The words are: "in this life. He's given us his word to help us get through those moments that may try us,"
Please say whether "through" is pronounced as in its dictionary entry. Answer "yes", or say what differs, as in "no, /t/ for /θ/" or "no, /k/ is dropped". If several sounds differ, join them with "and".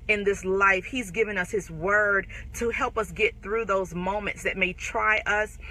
yes